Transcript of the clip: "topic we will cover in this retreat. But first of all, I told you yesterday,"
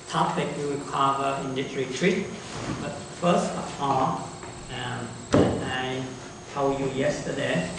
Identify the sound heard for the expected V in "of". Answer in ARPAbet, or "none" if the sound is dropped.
P